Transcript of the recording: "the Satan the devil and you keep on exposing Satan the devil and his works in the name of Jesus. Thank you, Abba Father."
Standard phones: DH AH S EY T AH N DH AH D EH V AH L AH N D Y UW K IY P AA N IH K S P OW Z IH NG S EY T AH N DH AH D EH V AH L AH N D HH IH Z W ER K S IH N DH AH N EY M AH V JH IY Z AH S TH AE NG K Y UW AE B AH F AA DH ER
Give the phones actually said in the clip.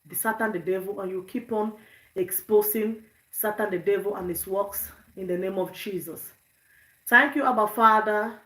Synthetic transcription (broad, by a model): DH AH S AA T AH N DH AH D EH V AH L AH N Y UW K IY P AA N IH K S P OW S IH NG S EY T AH N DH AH D EH V AH L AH N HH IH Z W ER K S IH N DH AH N EY M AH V JH IY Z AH S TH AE NG K Y UW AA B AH F AA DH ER